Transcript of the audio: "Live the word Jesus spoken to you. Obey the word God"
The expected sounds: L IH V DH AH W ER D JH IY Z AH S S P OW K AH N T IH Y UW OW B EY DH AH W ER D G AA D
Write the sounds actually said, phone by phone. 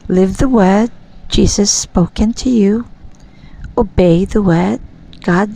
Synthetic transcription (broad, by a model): L IH V DH AH W ER D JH IY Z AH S S P OW K AH N T IH Y UW OW B EY DH AH W ER D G AA D